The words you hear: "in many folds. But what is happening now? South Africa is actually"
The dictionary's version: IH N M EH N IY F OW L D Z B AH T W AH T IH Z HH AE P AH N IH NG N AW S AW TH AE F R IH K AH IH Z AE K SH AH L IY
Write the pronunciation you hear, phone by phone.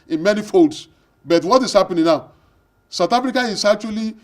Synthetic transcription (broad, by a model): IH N M EH N IY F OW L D S B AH T W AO T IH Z HH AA P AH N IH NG N AW S AW T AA F R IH K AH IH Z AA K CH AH L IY